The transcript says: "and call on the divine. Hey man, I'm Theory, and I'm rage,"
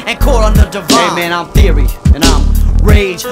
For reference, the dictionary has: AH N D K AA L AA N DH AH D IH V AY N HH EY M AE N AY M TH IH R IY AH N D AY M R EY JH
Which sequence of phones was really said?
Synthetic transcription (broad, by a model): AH N K AA L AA N DH AH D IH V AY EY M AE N AY M TH IH R IY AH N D AY M R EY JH